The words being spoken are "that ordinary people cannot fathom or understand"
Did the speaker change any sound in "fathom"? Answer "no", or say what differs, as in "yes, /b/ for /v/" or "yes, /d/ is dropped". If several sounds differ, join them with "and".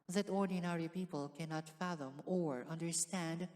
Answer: no